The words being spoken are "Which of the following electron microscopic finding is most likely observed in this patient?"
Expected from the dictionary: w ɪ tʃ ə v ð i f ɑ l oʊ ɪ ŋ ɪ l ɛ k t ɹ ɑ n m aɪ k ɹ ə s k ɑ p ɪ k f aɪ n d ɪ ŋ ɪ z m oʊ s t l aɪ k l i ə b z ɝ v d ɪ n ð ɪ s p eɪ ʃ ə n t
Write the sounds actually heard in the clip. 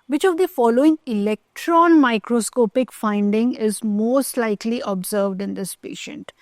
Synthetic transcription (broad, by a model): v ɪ tʃ ə v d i f ɑ l oʊ ɪ ŋ ɪ l ɛ k t ɹ ɑ n m aɪ k ɹ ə s k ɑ p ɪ k f aɪ n d ɪ ŋ ɪ z m oʊ s t l aɪ k l i ə b z ɝ v d ɪ n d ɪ s p eɪ ʃ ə n t